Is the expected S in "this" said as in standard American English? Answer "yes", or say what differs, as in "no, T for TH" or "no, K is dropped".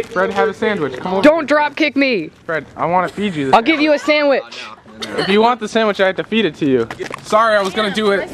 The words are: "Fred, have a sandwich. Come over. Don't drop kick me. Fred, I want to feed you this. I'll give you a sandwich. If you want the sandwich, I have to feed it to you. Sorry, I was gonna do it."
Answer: no, S is dropped